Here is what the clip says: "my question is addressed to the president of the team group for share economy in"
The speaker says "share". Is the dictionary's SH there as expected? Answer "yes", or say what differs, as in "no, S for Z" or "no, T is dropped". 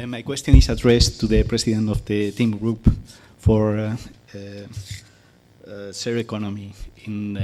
no, S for SH